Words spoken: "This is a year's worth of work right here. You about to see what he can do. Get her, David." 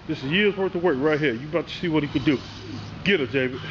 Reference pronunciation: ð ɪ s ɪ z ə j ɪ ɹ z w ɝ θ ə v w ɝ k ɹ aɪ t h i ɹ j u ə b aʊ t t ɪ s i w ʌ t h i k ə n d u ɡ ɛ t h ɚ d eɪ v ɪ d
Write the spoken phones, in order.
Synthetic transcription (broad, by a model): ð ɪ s ɪ z j ɪ ɹ z w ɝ t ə w ɝ k ɹ aɪ t h i ɹ j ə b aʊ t t ɪ s i w ʌ t h i k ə d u ɡ ɛ t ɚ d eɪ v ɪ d